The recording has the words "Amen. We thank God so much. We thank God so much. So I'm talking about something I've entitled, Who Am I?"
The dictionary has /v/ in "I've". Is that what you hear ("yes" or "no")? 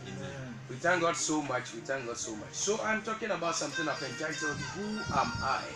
no